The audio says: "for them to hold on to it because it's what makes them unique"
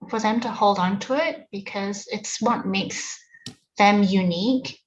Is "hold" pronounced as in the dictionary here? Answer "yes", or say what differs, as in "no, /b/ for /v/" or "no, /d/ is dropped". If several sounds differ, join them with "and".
yes